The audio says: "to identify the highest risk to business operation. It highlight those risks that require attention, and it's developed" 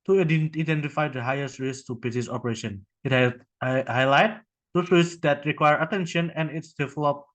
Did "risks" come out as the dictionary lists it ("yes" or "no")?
no